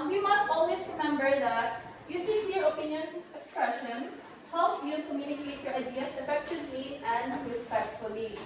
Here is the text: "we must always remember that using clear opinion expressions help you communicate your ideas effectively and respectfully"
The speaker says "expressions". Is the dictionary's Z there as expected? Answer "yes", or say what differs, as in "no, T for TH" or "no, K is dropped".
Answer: no, S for Z